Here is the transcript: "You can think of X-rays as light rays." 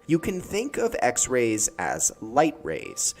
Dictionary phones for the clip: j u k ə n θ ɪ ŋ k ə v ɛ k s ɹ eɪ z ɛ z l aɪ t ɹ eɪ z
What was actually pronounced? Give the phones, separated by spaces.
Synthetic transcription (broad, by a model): j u k ə n θ ɪ ŋ k ə v ɛ k s ɹ eɪ z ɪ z l aɪ t ɹ eɪ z